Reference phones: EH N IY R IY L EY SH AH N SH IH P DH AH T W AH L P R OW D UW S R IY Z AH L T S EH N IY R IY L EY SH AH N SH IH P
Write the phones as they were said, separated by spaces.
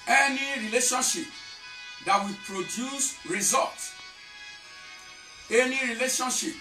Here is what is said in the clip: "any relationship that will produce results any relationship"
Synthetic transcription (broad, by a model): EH N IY R IY L EY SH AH N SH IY P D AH T W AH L P R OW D UW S R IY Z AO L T EH N IY R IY L EY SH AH N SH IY P